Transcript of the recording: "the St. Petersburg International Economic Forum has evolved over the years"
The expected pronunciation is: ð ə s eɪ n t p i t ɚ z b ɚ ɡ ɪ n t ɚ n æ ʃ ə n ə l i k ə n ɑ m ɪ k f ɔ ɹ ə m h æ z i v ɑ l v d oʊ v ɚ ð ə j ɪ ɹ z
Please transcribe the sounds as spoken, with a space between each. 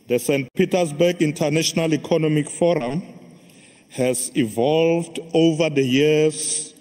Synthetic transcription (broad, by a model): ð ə s eɪ n t p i t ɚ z b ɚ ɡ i n t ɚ n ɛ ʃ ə n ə l i k ə n ɑ m ɪ k f ɔ ɹ ə m h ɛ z i v ɑ l v d oʊ v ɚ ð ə j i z